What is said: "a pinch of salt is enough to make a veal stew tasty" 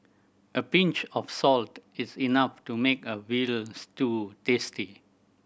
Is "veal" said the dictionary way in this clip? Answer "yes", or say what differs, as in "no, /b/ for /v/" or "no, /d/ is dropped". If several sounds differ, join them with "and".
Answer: no, /w/ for /v/